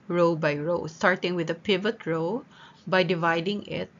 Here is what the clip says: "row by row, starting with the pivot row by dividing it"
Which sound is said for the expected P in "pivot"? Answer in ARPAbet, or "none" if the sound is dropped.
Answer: P